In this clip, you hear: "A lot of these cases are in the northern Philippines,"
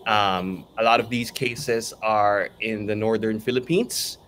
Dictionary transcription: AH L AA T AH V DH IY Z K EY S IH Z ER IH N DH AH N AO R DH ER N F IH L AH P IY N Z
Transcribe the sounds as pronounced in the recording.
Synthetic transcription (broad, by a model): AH L AA T AH V DH IY Z K EY S IH Z ER IH N DH AH N AO R DH ER N F IH L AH P IY N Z